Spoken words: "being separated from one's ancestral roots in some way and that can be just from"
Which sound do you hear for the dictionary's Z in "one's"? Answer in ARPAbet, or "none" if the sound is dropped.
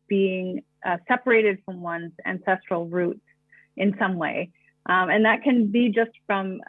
Z